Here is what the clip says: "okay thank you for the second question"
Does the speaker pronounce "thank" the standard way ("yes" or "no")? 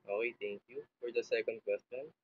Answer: no